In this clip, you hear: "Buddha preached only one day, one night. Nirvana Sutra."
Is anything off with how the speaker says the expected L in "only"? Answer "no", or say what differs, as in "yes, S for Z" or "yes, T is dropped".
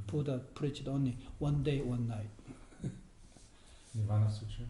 yes, L is dropped